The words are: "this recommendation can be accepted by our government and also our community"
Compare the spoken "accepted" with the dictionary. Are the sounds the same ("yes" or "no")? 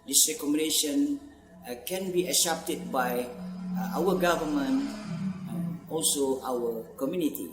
no